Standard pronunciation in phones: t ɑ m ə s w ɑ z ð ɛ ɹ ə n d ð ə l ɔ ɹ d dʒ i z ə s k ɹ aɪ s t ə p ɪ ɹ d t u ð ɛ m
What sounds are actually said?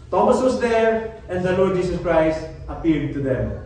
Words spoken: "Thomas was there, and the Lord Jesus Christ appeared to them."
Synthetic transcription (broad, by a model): t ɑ m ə s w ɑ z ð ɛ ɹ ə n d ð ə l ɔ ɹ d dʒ i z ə s k ɹ aɪ s t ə p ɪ l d t u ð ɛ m